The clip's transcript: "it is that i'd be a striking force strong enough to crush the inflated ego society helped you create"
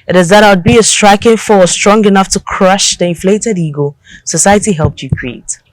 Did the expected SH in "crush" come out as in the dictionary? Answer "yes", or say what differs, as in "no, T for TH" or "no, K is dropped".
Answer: yes